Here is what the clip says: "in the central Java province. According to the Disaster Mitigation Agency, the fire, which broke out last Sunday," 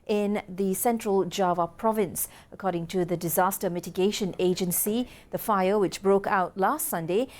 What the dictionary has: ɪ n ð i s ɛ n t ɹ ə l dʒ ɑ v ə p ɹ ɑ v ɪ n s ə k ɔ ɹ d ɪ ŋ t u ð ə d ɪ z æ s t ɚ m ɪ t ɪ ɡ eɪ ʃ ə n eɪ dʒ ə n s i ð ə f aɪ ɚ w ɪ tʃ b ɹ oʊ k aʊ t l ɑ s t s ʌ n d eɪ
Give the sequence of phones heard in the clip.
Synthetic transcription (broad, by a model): ɪ n ð i s ɛ n t ɹ ə l dʒ ɑ v ə p ɹ ɑ v ɪ n s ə k ɔ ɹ d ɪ ŋ t u ð ə d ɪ z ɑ s t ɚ m ɪ t ɪ ɡ eɪ ʃ ə n eɪ dʒ ə n s i ð ə f aɪ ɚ w ɪ tʃ b ɹ oʊ k aʊ t l ɑ s t s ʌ n d eɪ